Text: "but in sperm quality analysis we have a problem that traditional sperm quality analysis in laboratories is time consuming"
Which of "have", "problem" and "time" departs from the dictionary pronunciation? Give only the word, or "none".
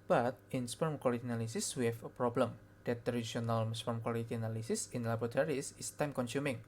have